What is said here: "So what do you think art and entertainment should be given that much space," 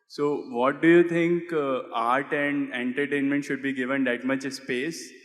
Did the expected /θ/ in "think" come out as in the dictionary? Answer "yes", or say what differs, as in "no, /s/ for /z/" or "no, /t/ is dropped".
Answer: no, /t/ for /θ/